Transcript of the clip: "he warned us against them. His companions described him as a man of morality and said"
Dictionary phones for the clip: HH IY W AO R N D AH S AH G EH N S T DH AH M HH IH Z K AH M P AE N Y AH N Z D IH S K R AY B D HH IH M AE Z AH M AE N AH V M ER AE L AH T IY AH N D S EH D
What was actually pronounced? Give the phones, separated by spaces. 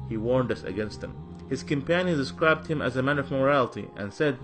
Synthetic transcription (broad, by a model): HH IY W AO R N D AH S AH G EH N S T DH AH M HH IH Z K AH M P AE N Y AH N D IH S K R AY B D HH IH M AE Z AH M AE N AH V M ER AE L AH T IY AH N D S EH D